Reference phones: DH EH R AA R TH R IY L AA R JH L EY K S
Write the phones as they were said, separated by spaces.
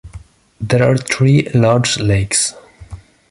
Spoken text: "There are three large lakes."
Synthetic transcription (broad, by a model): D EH R AA R T R IY L AA R JH L EY K S